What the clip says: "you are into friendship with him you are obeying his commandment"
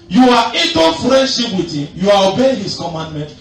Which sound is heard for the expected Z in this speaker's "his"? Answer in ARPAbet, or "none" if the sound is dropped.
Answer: S